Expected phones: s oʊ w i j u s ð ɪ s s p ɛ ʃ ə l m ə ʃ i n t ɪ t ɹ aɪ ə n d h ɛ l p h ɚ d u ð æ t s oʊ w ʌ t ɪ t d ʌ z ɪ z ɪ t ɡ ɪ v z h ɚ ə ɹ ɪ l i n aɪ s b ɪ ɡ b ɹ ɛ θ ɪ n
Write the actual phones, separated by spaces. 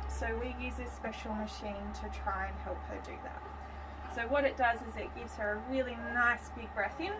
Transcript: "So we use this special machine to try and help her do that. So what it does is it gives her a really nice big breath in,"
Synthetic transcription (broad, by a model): s oʊ w i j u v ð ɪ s s p ɛ ʃ l m ə ʃ i n t ɪ t ɹ aɪ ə n h ɛ l p h ɚ d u ð æ t s oʊ w ʌ t ɪ t d ʌ z ɪ z ɪ t ɡ ɪ v z h ɚ ə ɹ ɪ l i n aɪ s b ɪ ɡ b ɹ ɛ θ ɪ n